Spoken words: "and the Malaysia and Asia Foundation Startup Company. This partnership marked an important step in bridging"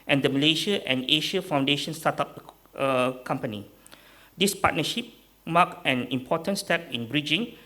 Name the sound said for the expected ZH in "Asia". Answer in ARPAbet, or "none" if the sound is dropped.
SH